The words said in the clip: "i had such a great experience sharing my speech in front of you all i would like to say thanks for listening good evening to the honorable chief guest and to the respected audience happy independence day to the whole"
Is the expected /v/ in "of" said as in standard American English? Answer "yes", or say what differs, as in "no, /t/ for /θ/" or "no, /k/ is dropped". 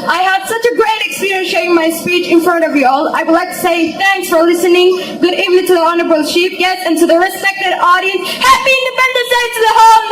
yes